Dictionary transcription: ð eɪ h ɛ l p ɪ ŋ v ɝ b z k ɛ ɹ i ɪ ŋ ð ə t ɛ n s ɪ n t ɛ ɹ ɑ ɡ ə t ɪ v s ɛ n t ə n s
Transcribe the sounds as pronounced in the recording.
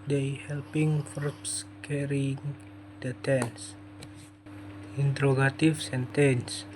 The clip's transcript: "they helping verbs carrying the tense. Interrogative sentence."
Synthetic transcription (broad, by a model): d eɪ h ɛ l p ɪ ŋ f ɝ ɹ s k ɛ ɹ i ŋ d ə t ɛ n s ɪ n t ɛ ɹ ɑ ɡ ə t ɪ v s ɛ n t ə n s